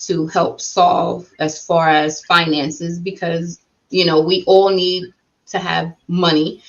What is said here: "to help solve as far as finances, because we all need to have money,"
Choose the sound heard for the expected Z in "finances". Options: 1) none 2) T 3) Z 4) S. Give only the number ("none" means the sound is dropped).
3